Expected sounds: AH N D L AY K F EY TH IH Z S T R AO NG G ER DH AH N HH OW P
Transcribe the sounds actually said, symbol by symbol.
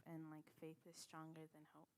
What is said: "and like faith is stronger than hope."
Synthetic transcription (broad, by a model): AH N L AY K F EY TH IH Z S T R AO NG G ER DH AH N HH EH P